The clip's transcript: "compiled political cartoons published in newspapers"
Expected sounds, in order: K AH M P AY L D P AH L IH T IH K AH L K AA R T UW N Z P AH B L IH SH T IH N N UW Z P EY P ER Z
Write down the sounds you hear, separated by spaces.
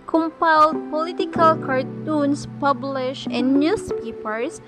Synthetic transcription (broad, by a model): K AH M P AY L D P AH L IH T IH K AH L K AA R T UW N S P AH B L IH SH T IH N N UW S P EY P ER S